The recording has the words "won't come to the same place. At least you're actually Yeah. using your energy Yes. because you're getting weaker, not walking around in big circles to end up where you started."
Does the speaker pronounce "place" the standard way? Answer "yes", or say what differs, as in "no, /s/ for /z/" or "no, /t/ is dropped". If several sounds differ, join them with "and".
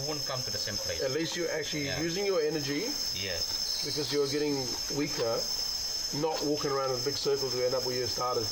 no, /s/ is dropped